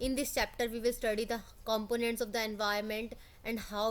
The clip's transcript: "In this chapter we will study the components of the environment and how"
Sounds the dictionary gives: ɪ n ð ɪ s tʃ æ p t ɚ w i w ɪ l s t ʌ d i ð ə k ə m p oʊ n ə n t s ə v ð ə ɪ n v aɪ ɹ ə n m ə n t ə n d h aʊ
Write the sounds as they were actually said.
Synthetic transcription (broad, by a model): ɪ n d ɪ s tʃ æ p t ɚ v i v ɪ l s t ʌ d i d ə k ə m p oʊ n ə n t s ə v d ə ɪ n v aɪ ə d m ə n t ə n d h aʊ